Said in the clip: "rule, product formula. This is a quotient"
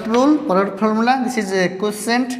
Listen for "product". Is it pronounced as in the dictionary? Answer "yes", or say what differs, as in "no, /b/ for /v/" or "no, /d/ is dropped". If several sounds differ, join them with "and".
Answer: no, /ɹ/ is dropped and /k/ is dropped